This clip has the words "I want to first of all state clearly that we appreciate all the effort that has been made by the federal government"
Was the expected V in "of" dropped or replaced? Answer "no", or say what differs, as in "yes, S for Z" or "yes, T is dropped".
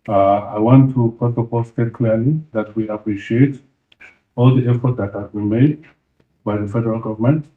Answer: yes, P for V